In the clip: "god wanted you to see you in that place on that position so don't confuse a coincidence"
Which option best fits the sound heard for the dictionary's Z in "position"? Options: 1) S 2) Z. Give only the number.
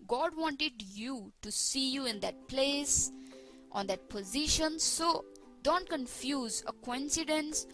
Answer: 2